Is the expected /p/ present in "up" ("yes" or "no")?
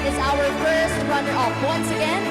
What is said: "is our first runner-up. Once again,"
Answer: no